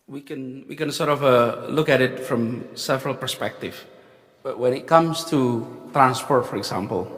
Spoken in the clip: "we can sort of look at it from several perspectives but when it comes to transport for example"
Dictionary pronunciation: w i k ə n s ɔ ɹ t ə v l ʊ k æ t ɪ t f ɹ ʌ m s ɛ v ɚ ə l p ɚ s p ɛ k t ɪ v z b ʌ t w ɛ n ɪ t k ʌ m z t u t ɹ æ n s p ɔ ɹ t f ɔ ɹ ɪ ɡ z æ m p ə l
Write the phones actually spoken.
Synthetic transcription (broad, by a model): w i k ə n s ɔ ɹ t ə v l ʊ k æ t ɪ t f ɹ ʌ m s ɛ v ɚ ə l p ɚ s p ɛ k t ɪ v b ʌ t w ɛ n ɪ t k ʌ m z t u t ɹ æ n s p ɔ ɹ t f ɔ ɹ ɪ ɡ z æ m p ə l